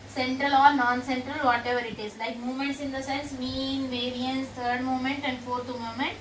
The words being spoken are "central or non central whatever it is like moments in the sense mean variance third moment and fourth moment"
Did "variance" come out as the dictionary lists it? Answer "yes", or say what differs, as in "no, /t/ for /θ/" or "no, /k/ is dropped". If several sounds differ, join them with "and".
yes